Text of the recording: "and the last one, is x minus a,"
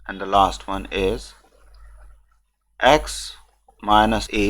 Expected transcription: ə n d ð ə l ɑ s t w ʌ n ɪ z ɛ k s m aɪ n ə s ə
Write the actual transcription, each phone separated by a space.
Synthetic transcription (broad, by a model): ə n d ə l ɑ s t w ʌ n ɪ z ɛ k s m aɪ n ə s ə